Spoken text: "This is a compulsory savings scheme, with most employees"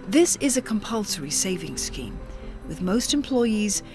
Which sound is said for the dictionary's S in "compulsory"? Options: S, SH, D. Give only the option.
S